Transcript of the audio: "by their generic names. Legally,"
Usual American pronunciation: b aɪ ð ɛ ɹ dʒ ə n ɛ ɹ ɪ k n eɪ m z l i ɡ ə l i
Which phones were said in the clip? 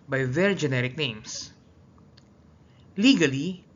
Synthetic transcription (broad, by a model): b aɪ ð ɛ ɹ dʒ ə n ɛ ɹ ɪ k n eɪ m s l i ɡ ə l i